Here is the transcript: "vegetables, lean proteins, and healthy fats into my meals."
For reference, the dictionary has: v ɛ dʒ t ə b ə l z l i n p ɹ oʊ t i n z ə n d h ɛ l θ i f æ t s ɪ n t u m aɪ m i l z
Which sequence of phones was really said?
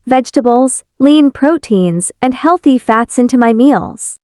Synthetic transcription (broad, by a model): v ɛ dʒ t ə b l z l i n p ɹ oʊ t i n z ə n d h ɛ l θ i f æ t s ɪ n t u m aɪ m i l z